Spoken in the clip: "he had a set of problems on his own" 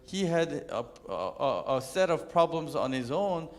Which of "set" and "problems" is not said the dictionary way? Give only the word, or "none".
none